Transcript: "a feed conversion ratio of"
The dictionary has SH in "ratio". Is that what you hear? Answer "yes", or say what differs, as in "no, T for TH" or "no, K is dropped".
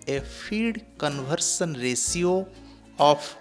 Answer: no, S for SH